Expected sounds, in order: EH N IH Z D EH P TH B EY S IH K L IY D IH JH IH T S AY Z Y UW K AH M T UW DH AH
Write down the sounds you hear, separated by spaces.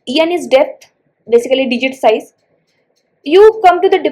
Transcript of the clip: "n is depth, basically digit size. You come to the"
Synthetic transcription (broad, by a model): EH N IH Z D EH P T B EY S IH K L IY D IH JH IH T S AY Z Y UW K AH M T UW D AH